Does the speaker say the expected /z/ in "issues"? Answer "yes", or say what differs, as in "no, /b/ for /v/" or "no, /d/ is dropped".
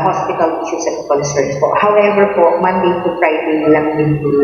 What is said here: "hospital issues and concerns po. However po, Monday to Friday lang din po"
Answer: no, /s/ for /z/